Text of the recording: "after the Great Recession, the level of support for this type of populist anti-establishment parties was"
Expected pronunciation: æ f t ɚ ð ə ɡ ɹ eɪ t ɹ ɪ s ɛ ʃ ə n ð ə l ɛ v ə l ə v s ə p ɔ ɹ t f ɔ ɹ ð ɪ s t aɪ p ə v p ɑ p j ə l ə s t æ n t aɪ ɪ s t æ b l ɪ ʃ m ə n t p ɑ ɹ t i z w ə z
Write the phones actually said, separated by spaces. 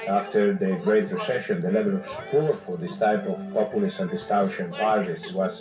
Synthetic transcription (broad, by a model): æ f t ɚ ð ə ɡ ɹ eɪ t ɹ ɪ s ɛ ʃ ə n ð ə l ɛ v ə l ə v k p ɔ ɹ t f ɔ ɹ ð ɪ s t aɪ p ə v p ɑ p j ə l ə s t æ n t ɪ s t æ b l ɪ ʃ ə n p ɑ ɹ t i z w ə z